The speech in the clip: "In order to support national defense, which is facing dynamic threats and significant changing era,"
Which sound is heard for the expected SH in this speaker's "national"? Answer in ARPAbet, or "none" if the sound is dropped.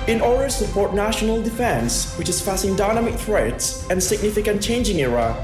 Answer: SH